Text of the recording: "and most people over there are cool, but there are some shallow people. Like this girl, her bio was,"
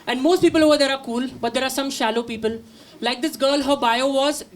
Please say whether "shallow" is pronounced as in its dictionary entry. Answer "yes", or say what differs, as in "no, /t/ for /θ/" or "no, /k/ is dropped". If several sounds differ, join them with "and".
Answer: yes